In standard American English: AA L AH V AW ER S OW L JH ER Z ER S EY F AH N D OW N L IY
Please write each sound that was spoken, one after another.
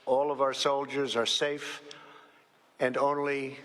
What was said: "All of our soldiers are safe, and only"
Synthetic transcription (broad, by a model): AA L AH V AW ER S OW L JH ER Z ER S EY F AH N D OW N L IY